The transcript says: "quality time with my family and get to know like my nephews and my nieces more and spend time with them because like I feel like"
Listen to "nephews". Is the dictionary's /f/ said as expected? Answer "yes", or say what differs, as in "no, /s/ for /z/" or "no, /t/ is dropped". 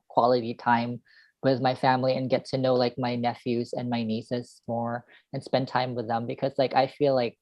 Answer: yes